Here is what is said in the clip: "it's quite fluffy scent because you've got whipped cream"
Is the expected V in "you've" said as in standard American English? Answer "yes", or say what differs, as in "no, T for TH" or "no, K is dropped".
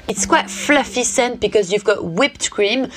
yes